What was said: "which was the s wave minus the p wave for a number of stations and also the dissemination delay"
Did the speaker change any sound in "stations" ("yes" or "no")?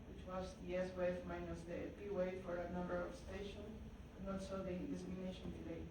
yes